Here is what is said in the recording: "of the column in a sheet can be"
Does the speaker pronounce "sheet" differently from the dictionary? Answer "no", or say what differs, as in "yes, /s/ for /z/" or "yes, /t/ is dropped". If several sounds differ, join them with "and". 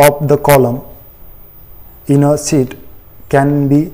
yes, /s/ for /ʃ/